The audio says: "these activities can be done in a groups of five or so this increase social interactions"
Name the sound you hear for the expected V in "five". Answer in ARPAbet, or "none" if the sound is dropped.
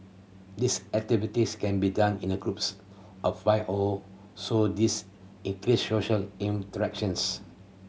none